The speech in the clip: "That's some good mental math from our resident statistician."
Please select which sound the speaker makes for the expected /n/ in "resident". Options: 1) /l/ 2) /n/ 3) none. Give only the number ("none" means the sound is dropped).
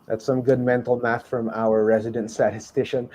2